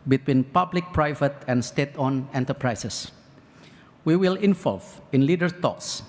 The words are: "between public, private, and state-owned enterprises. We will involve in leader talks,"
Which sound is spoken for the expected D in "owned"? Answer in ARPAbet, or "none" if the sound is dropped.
none